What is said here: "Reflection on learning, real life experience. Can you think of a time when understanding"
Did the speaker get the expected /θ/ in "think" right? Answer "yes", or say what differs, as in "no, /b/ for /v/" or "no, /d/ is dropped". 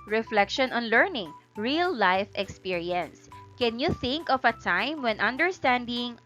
yes